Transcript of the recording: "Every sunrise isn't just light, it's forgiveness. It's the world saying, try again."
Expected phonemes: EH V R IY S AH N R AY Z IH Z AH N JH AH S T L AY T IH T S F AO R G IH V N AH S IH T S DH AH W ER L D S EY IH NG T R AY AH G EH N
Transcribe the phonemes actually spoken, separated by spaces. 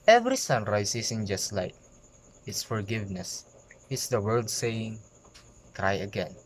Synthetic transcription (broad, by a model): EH V R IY S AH N R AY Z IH S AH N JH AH S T L AY T IH T S F AO R G IH V N AH S IH T S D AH W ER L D S EY IH NG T R AY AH G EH N